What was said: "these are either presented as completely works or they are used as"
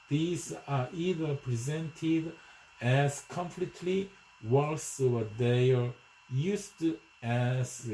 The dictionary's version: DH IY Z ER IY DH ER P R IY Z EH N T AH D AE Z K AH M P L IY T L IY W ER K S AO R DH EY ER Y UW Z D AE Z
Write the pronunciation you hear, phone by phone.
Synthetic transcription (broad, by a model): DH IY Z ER IY DH ER P R IY Z EH N T AH D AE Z K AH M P L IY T L IY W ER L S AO W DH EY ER Y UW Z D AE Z